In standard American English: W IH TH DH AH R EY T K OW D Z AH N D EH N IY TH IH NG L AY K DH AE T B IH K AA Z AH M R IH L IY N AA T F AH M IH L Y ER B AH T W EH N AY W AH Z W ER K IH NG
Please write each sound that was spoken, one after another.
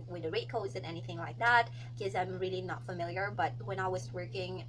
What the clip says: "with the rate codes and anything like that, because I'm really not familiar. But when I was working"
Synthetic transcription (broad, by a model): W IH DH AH R EY T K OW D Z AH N EH N IY TH IH NG L AY K DH AE T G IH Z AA AH M R IH L IY N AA T F AH M IH L Y ER B AH T W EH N AY W AH Z W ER K IH NG